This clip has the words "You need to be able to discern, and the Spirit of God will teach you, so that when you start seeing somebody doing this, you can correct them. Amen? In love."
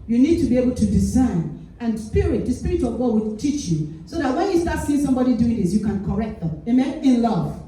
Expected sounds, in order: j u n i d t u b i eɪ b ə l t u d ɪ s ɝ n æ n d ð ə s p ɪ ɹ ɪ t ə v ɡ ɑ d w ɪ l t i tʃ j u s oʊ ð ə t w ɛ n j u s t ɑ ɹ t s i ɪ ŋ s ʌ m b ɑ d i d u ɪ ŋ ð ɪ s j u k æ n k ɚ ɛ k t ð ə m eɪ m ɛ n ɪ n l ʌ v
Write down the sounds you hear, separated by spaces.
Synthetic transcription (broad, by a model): j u n i d t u b i eɪ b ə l t u d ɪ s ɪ n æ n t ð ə s p ɪ ɹ ɪ t ə v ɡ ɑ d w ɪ t i tʃ j u s oʊ ð ə t w ɛ n j u s t ɑ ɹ t s i ɪ ŋ s ʌ m b ɑ d i d u ɪ ŋ ð ɪ s j u k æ n k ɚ ɛ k t ð ə m eɪ m ɛ n ɪ n l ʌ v